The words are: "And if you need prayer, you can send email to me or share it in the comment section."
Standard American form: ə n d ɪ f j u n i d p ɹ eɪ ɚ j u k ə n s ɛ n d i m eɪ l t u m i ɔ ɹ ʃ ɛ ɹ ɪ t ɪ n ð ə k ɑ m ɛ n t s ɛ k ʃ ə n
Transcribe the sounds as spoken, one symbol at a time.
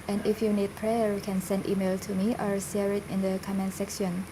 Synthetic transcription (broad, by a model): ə n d ɪ f j u n i d p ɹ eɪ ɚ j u k ə n s ɛ n d i m eɪ l t u m i ɔ ɹ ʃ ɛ ɹ ɪ t ɪ n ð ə k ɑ m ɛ n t s ɛ k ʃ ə n